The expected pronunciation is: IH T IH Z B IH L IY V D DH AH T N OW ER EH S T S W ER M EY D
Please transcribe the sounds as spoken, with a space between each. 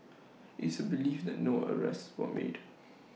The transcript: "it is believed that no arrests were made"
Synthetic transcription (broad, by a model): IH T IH B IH L IY F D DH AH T N OW ER EH S T S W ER M EY D